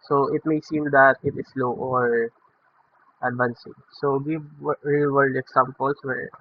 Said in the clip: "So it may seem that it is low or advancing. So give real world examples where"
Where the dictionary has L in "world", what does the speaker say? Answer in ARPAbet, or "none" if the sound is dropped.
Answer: none